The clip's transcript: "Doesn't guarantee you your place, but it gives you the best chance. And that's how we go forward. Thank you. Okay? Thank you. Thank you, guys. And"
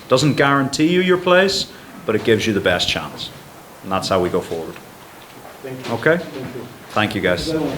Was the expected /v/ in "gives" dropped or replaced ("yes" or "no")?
no